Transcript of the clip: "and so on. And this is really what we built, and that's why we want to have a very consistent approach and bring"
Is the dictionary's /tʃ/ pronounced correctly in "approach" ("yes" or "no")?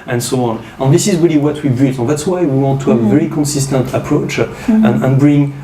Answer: yes